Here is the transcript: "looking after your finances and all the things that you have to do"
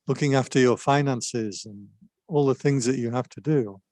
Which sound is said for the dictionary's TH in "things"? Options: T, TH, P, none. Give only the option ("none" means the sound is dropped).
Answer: TH